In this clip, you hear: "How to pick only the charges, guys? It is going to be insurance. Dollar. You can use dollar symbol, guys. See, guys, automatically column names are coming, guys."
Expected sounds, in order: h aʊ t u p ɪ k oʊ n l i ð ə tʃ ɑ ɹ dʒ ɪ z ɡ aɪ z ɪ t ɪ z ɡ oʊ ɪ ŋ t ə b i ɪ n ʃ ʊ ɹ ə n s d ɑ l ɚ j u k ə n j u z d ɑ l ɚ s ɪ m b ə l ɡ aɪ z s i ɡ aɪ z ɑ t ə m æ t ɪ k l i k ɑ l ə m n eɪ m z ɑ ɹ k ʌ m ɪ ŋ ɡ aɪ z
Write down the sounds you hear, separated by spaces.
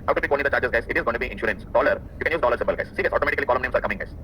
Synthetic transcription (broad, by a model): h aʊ t u b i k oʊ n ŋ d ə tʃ ɑ ɹ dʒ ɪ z ɡ aɪ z ɪ t ɪ z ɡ oʊ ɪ t ə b i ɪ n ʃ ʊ ɹ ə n s d ɑ l ɚ j u k ə n j u z d ɑ l ɚ s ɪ m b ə l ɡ aɪ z s i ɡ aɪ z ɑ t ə m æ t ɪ k l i k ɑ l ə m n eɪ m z ɑ ɹ k ʌ m ɪ ŋ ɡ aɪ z